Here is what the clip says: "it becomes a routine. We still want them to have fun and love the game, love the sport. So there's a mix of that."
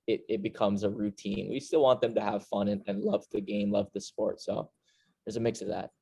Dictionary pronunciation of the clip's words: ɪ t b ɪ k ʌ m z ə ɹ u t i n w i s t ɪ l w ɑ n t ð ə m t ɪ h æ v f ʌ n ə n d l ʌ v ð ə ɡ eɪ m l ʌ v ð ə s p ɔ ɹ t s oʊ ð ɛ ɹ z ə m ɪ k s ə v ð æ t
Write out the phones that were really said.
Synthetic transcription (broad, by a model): ɪ t b ɪ k ʌ m z ə ɹ u t i n w i s t ɪ l w ɑ n ð ə m t ɪ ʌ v f ʌ n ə n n l ʌ v ð ə ɡ eɪ m l ʌ v ð ə s p ɔ ɹ t s oʊ ð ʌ ɹ z ə m ɪ k s ə v ð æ t